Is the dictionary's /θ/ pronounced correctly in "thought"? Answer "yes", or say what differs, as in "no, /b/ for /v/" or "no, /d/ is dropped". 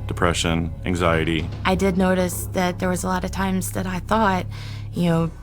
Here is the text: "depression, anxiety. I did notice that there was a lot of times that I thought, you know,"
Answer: yes